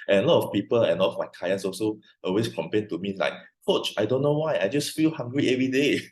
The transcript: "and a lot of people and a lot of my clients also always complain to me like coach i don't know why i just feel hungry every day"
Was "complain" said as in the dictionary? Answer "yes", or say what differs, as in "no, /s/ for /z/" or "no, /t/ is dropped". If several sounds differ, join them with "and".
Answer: no, /l/ is dropped